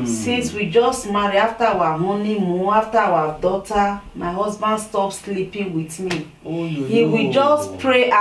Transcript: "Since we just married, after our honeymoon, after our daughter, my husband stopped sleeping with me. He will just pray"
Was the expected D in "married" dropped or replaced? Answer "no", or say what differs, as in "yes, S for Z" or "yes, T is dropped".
yes, D is dropped